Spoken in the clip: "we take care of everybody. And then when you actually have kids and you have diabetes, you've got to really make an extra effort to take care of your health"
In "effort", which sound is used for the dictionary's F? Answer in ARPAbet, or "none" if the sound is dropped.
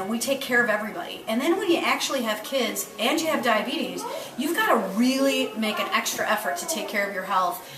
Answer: F